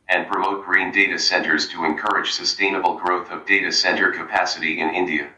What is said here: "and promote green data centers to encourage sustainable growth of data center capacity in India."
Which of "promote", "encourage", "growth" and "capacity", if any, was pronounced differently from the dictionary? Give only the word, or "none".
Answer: none